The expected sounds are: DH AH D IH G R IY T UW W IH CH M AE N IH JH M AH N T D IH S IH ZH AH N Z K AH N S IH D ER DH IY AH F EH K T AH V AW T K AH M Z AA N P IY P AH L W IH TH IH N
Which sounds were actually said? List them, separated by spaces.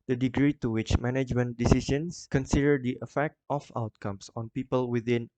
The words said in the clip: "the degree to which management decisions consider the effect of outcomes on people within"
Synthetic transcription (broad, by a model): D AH D IH G R IY T UW W IH CH M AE N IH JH M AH N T D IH S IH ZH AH N S K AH N S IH D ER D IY AH F EH K T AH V AW T K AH M S AA N P IY P AH L W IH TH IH N